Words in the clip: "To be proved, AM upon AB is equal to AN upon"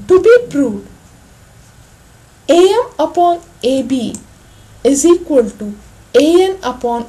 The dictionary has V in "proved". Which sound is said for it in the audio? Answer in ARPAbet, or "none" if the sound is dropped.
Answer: none